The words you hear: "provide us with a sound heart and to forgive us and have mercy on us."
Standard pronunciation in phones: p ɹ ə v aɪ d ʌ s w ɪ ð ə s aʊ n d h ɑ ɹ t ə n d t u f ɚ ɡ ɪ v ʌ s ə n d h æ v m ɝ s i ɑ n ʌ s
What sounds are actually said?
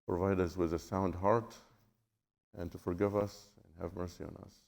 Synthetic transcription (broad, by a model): p ɹ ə v aɪ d ʌ s w ɪ ð ə s aʊ n d h ɑ ɹ t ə n t u f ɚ ɡ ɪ v ʌ s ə n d h æ v m ɝ s i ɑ n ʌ s